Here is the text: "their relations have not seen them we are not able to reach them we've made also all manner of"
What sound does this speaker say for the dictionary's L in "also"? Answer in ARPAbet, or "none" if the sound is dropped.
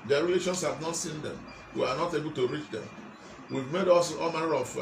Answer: none